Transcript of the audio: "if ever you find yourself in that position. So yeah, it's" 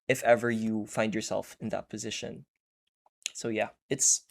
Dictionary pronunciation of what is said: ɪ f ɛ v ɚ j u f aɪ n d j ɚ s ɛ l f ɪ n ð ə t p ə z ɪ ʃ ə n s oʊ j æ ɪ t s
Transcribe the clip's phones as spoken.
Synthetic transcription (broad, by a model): ɪ f ɛ v ɚ j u f aɪ n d j ɚ s ɛ l f ɪ n ð ə t p ə z ɪ ʃ ə n s oʊ j æ ɪ t s